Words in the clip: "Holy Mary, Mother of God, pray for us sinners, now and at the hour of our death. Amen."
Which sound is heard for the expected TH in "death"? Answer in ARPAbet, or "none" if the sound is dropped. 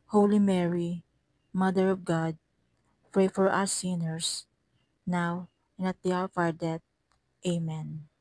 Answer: T